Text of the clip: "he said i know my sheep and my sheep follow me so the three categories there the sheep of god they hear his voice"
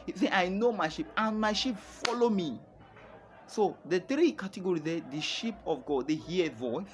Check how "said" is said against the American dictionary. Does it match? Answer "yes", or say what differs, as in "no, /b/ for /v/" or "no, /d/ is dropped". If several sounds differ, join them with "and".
no, /d/ is dropped